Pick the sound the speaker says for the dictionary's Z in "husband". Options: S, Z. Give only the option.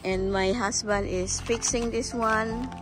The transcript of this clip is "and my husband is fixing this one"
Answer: S